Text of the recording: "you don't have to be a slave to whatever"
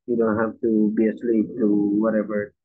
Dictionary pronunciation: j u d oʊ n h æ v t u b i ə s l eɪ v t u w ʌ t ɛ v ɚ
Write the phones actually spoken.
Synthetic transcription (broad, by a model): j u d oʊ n h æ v t u b i ə s l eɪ p t u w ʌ t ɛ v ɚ